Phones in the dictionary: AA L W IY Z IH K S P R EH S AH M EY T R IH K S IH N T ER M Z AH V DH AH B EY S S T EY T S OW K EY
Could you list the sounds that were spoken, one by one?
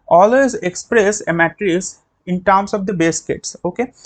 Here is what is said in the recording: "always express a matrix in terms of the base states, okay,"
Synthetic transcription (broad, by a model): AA L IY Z IH K S P R EH S AH M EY T R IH S IH N T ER M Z AH V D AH B EY S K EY T S OW K EY